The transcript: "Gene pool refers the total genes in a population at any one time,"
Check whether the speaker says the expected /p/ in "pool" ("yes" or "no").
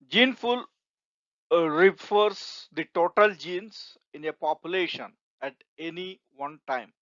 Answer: no